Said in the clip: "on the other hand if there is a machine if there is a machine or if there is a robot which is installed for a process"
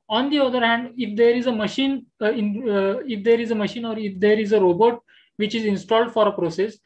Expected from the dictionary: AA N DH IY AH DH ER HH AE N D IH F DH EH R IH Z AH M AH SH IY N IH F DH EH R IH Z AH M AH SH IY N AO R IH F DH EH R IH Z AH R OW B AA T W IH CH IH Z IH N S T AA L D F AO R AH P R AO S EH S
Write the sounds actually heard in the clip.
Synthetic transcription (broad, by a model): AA N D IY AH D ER HH AE N D IH F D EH R IH Z AH M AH SH IY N IH F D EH R IH Z AH M AH SH IY N AO R IH F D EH R IH Z AH R OW B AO T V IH CH IH Z IH N S T AA L D F AO R AH P R AO S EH S